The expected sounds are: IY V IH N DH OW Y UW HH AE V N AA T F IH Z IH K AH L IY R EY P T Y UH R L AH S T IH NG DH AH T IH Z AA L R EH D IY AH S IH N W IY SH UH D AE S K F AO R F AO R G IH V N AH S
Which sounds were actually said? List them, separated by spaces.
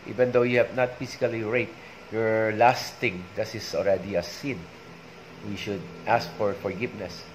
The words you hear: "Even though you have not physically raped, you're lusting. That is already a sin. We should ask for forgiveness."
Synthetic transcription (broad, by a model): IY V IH N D OW Y UW HH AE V N AA T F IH S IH K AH L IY R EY T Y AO R L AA S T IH NG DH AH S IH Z AA L R EH D IY AH S IH N W IY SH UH D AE S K F AO R F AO R G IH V N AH S